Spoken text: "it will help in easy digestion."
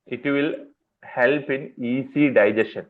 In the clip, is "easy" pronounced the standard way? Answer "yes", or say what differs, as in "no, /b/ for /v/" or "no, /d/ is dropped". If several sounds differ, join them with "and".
no, /s/ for /z/